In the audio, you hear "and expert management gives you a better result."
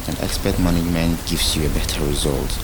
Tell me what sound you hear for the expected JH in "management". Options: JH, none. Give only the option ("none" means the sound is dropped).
none